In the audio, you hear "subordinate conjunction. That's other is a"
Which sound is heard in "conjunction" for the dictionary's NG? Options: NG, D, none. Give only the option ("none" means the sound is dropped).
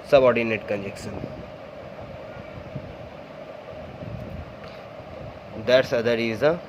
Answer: none